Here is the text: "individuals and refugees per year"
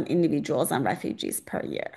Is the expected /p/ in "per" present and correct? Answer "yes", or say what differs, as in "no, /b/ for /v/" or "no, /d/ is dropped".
yes